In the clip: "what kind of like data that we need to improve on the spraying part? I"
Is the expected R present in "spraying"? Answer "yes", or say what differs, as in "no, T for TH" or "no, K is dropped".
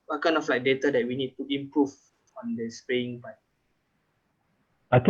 no, R is dropped